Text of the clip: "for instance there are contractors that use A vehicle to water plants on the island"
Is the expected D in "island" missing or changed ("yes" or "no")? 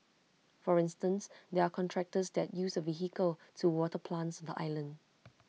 no